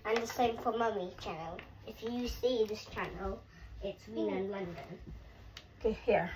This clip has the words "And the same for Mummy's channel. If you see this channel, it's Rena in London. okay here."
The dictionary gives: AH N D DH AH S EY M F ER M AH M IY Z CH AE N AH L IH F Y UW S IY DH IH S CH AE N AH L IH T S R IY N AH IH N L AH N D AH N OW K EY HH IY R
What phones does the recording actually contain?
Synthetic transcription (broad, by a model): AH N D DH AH S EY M F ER M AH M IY CH AE N AH L IH F Y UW S IY DH IH S CH AE N AH L IH T S W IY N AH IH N L AH N D AH N OW K EY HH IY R